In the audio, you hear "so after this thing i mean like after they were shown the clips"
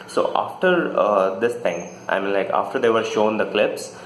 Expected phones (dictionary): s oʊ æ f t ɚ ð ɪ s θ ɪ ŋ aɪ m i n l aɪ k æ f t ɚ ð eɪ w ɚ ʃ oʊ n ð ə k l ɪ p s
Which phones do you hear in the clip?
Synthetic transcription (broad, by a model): s oʊ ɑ f t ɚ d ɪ s t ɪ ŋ aɪ m i n l aɪ k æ f t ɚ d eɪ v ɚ ʃ oʊ n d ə k l ɪ p s